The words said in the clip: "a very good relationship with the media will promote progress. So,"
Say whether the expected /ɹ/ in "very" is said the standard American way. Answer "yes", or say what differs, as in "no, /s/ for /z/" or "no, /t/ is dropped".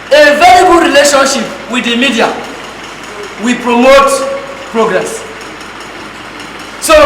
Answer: no, /l/ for /ɹ/